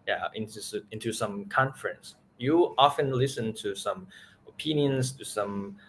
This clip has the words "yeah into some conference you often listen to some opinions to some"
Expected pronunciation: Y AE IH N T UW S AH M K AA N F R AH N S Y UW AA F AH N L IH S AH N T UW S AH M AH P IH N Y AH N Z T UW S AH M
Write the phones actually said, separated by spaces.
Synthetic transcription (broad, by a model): Y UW IH N T UW S AH M K AA N F R AH N S Y UW AA F AH N L IH S AH N T UW S AH M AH P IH N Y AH N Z T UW S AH M